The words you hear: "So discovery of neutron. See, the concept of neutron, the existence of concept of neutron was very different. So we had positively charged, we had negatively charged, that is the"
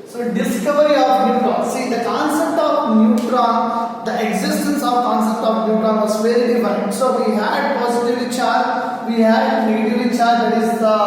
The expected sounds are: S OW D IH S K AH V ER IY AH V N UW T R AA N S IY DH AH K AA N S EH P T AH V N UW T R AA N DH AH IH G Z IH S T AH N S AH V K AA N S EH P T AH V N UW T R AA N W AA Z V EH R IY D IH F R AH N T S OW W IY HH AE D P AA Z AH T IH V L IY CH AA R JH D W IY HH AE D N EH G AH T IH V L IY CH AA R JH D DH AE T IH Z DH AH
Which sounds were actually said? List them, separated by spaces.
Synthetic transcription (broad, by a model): S OW D IH S K AH V ER IY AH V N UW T R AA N S IY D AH K AA N S EH P T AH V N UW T R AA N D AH IH G Z IH S T AH N S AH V K AA N S EH P T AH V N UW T R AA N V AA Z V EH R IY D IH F AH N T S OW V IY HH AE D P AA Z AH T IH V IY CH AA R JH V IY HH AE D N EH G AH T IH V IY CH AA R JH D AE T IH Z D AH